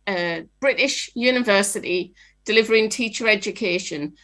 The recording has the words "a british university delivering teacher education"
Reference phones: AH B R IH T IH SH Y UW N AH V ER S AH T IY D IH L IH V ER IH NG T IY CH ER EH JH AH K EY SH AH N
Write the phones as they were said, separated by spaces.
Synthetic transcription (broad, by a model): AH B R IH T IH SH Y UW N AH V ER S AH T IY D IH L IH V ER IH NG T IY CH ER EH JH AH K EY SH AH N